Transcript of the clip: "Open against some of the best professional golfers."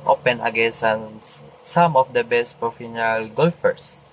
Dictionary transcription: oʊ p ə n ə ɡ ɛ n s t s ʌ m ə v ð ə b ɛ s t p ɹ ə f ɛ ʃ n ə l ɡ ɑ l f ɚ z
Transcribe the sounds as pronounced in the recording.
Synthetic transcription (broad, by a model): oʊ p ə n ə ɡ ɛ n s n s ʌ m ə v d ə b ɛ s t p ɹ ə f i n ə l ɡ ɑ l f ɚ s